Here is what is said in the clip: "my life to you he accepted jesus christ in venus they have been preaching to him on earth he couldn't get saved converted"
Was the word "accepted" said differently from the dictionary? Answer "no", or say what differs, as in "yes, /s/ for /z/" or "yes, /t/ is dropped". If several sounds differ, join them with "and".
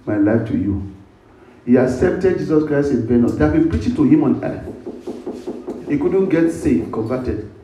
no